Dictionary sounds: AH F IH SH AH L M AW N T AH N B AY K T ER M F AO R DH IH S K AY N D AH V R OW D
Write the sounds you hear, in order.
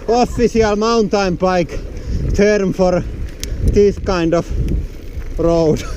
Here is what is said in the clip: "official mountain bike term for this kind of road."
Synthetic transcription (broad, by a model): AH F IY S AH L M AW N T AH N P AY K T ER M F AO R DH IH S K AY N D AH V R OW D